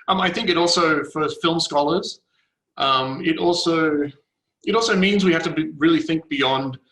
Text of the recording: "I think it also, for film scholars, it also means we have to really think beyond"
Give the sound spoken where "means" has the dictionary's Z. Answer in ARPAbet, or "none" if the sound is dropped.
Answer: Z